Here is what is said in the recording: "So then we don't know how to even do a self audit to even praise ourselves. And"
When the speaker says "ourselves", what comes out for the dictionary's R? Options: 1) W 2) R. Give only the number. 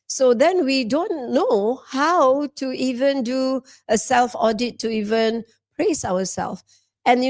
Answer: 1